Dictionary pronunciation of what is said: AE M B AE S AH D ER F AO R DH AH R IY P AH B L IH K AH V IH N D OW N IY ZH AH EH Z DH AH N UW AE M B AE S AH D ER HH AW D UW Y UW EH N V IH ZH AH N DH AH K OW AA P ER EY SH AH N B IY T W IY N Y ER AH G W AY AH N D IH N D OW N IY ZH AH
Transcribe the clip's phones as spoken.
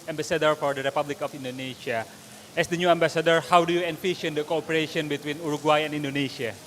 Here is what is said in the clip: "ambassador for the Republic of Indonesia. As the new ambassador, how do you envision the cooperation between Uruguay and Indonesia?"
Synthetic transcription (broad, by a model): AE M B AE S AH D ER F AO R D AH R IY P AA B L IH K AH F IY N D OW N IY SH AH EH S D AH N UW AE M B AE S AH D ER HH AW D UW Y UW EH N F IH SH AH N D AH K OW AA P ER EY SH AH N B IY T W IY N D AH G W AY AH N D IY N D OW N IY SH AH